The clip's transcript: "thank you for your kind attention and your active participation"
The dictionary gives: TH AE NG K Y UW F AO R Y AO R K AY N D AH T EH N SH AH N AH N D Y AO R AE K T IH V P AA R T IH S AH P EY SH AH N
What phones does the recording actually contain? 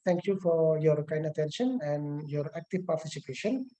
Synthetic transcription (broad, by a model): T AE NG K Y UW F AO R Y AO R K AY N D AH T EH N SH AH N AH N D Y AO R AE K T IH V P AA R T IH S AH P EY SH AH N